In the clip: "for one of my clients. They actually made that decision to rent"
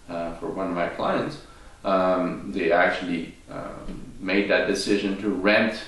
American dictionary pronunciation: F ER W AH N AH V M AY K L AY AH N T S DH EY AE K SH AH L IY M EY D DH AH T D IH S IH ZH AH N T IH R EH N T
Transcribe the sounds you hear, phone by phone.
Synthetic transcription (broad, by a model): F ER W AH N AH V M AY K L AY AH N T S DH EY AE K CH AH L IY M EY D DH AH T D IH S IH ZH AH N T IH R EH N T